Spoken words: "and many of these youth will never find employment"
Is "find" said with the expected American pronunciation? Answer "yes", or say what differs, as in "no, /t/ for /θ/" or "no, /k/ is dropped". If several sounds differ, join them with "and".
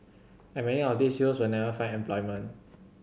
no, /d/ is dropped